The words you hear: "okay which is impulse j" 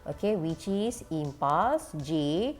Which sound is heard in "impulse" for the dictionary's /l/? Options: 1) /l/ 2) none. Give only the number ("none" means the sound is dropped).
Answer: 2